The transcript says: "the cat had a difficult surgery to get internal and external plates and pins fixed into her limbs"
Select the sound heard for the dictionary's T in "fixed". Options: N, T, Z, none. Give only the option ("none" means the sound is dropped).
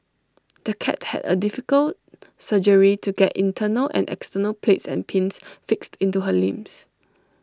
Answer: T